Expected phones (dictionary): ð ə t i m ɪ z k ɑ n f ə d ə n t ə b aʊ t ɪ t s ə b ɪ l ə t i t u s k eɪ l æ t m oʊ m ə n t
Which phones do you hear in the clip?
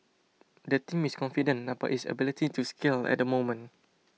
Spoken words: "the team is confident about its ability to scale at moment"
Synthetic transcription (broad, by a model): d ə t i m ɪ s k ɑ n f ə d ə n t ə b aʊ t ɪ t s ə b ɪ l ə t i t u s k eɪ l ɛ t m oʊ m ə n